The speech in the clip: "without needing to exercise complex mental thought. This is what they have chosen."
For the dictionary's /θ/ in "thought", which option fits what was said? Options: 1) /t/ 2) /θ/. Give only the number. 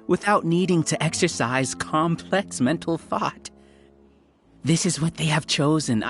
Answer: 2